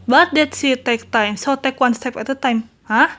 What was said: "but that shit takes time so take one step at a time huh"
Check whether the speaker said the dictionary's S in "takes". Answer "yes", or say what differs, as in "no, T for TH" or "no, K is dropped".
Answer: no, S is dropped